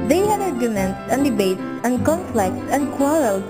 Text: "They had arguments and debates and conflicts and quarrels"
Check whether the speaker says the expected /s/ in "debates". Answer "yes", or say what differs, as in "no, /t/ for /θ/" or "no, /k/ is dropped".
no, /s/ is dropped